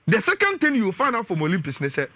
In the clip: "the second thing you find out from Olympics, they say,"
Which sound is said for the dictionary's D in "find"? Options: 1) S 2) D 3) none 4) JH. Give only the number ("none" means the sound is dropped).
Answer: 3